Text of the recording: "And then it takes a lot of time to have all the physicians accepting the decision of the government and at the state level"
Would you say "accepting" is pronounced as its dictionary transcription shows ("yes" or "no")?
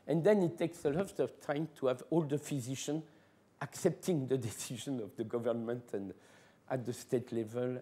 yes